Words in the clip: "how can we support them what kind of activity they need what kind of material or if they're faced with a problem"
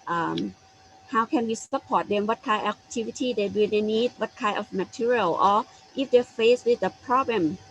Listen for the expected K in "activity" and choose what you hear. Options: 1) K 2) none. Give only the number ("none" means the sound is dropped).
2